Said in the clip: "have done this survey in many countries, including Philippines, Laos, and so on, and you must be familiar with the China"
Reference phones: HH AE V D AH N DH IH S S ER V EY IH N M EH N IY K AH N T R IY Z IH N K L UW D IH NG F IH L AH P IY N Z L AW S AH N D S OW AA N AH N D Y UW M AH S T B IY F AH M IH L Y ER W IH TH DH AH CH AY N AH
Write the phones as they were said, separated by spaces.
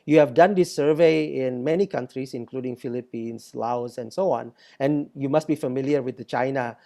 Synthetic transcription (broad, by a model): HH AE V D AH N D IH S S ER V EY IH N M EH N IY K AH N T R IY S IH N K L UW D IH NG F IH L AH P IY N S L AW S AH N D S OW AA N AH N Y UW M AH S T B IY F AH M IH L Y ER W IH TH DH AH CH AY N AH